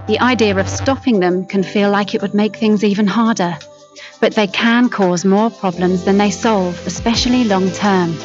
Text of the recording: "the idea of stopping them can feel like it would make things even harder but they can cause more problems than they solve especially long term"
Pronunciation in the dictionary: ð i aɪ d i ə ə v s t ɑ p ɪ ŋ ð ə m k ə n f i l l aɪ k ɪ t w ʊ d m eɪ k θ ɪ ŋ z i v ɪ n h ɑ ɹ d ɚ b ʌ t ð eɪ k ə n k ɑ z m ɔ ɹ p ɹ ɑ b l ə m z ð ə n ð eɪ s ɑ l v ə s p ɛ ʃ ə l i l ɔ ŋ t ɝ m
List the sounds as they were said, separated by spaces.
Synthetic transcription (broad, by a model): ð i aɪ d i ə ə v s t ɑ p ɪ ŋ ð ə m k ə n f i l l aɪ k ɪ t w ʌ d m eɪ k θ ɪ ŋ z i v ɪ n h ɑ ɹ d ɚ b ʌ t ð eɪ k ə n k ɑ z m ɔ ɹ p ɹ ɑ b l ə m z ð ə n ð eɪ s ɑ l v ə s p ɛ ʃ ə l i l ɔ ŋ t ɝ m